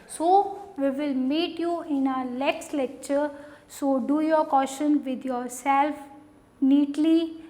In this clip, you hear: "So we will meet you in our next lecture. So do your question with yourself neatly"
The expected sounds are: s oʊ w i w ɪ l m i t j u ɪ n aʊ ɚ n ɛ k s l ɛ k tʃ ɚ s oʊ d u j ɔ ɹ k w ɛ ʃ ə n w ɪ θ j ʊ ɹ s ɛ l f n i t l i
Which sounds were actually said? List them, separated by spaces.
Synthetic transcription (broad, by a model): s oʊ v i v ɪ l m i t j u ɪ n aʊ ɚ l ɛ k s l ɛ k tʃ ɚ s oʊ d u j ɔ ɹ k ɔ ʃ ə n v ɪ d j ʊ ɹ s ɛ l f n i t l i